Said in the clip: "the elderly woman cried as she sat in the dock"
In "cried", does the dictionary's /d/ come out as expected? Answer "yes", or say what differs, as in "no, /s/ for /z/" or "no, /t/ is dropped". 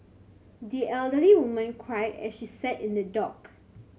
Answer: no, /d/ is dropped